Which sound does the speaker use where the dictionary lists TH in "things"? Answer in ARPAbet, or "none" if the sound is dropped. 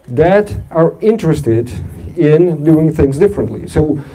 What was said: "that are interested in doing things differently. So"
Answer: TH